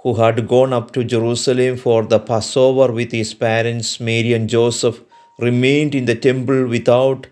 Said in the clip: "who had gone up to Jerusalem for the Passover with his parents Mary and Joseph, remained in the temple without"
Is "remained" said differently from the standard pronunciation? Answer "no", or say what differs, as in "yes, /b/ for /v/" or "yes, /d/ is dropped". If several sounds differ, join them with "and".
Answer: no